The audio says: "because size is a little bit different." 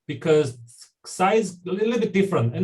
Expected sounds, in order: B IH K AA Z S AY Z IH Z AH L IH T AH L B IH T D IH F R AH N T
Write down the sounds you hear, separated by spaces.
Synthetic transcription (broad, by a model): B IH K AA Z S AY IH Z AH L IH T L B IH T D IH F R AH N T